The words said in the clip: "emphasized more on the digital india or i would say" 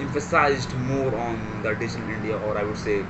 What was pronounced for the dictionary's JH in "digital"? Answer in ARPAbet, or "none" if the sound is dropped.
SH